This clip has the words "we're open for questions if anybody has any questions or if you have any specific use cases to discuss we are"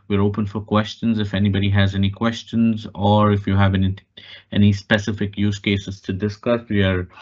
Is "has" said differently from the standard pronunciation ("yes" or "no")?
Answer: no